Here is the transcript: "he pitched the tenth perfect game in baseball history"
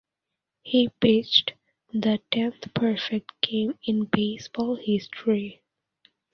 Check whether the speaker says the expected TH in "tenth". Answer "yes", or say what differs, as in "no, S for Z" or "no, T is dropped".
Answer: no, T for TH